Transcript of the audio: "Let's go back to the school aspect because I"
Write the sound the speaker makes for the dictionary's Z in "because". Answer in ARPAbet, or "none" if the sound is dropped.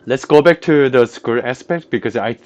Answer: S